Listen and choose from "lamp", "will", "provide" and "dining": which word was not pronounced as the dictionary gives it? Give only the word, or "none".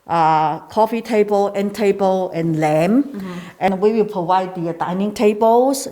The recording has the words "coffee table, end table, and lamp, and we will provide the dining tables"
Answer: lamp